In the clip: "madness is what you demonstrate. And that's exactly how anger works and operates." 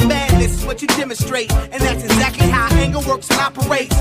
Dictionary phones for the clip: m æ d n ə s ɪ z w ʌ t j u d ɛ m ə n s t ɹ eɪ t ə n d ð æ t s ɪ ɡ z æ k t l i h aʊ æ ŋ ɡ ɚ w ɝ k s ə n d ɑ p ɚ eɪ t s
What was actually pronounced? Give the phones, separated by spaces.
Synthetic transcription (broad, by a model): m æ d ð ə s ɪ z w ʌ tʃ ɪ d ɛ m ə n s t ɹ eɪ t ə n ð æ t s ɪ ɡ z æ k t l i h aʊ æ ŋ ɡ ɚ w ɝ k s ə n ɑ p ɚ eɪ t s